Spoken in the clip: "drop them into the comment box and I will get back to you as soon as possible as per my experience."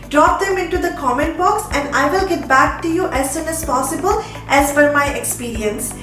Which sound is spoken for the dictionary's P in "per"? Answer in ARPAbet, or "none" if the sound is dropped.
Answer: F